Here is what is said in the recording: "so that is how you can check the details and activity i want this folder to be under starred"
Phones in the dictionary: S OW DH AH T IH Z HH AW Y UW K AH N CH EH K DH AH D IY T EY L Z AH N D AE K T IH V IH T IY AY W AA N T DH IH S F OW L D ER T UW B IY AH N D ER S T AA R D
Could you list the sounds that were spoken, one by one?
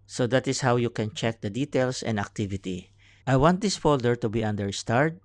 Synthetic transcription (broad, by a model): S OW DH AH T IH S HH AW Y UW K AH N CH EH K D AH D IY T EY L S AH N D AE K T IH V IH T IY AY W AA N T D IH S F OW L D ER T UW B IY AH N D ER S T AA R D